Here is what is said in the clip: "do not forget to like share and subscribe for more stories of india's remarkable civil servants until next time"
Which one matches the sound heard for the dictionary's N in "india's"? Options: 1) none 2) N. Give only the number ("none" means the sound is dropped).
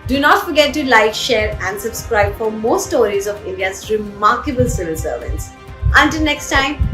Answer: 2